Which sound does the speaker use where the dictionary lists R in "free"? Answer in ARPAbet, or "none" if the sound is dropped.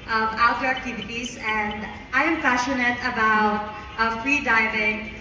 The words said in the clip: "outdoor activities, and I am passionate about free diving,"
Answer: R